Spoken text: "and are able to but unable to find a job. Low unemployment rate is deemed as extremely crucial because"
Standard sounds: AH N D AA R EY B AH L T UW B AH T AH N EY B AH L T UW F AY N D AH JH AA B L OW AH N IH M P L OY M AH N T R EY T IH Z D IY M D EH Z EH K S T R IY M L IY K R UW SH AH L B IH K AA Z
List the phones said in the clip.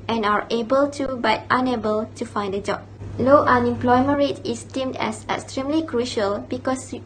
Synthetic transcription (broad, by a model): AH N AA R EY B AH L T UW B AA T AH N EY B AH L T UW F AY N D AH JH AA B L OW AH N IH M P L OY M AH N R EY T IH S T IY M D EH S EH K S T R IY M L IY K R UW SH AH L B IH K AA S